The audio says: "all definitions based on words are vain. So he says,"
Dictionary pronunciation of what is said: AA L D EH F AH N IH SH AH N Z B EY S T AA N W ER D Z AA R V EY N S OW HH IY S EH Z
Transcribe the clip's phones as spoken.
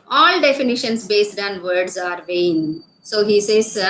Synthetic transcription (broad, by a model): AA L D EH F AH N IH SH AH N S B EY S T AA N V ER D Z AA R V EY N S OW HH IY S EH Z